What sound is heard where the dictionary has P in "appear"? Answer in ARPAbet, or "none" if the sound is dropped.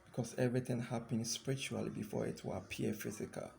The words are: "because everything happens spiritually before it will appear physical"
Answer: none